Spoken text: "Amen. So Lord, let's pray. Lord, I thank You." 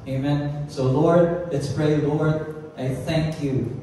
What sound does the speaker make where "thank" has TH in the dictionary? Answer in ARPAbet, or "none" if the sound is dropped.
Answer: TH